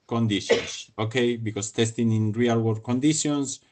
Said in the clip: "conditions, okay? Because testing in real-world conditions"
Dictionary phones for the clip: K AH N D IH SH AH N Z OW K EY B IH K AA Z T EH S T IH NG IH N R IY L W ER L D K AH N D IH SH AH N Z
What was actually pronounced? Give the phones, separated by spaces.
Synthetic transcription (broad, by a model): K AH N D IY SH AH N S OW K EY B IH K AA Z T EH S T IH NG IH N R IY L W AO D K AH N D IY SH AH N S